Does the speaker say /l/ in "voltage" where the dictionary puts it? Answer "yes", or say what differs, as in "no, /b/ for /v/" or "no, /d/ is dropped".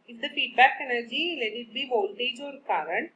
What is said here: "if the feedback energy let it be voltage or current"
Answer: yes